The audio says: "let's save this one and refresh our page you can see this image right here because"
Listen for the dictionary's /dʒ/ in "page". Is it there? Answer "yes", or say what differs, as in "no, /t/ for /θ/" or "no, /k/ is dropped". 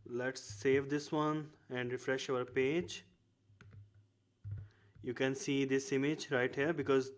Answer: yes